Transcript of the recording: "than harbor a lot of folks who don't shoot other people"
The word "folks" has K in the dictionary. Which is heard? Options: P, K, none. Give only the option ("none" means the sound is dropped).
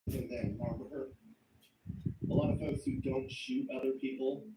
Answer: none